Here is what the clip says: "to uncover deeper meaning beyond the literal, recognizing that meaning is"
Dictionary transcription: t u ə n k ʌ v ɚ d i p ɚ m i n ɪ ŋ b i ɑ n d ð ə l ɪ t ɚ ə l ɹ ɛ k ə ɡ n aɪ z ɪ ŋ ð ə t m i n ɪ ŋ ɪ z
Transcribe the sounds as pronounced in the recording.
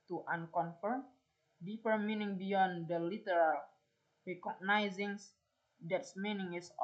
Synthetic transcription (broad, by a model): t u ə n k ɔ f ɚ d i p ɚ m i n ɪ ŋ b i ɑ n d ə l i t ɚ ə l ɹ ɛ k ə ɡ n aɪ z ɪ ŋ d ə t m i n ɪ ŋ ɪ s